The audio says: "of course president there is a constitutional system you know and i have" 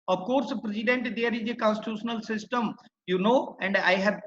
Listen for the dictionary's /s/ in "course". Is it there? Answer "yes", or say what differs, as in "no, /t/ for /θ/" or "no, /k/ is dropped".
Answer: yes